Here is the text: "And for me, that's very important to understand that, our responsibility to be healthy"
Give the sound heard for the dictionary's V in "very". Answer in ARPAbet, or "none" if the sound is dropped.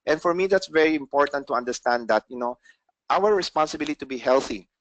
V